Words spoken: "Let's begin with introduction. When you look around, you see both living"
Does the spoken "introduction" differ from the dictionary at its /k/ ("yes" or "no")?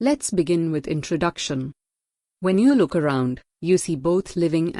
no